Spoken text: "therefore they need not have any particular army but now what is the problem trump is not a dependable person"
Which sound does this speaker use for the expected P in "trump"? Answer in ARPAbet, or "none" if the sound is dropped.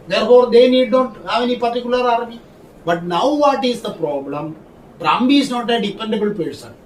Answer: B